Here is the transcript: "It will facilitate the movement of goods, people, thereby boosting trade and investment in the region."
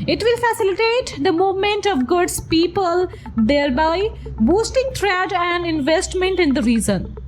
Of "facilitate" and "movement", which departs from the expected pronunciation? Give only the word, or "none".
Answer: none